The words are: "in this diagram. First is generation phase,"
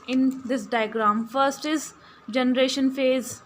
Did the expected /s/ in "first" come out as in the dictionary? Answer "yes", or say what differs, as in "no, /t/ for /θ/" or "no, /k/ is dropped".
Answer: yes